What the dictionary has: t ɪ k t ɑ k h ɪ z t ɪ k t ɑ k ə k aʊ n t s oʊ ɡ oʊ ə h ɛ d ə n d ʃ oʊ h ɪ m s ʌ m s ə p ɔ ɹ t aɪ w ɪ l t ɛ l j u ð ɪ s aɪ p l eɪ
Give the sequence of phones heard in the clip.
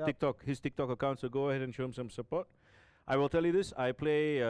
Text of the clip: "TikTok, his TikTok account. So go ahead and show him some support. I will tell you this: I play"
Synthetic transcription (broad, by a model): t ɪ k t ɑ k h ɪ s t ɪ k t ɑ k ə k aʊ n t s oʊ ɡ oʊ ə h ɛ d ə n ʃ oʊ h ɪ m s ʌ m s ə p ɔ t t aɪ w ɪ l t ɛ l j u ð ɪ s aɪ p l eɪ